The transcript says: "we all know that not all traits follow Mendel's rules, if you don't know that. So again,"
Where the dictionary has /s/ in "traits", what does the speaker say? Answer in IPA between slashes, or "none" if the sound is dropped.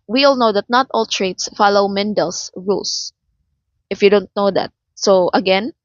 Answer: /s/